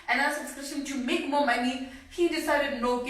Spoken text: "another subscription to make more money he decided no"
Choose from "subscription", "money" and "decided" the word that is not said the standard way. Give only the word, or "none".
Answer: subscription